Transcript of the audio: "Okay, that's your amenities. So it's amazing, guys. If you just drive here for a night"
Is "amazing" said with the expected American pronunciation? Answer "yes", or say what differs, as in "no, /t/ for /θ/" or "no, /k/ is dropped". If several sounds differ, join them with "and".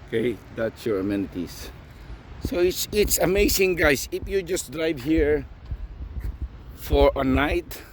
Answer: no, /s/ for /z/